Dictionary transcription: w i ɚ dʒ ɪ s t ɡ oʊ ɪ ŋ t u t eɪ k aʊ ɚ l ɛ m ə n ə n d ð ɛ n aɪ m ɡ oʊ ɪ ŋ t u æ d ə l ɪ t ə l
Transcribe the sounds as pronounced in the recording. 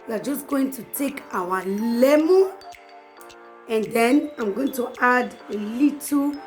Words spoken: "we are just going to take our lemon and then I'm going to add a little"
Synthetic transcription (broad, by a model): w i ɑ dʒ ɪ s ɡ oʊ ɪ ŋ t u t eɪ k aʊ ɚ l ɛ m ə ə n d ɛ n aɪ m ɡ oʊ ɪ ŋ t u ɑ d ə l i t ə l